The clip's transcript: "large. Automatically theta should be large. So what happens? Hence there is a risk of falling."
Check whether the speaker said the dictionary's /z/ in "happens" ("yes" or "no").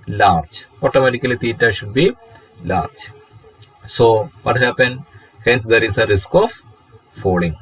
no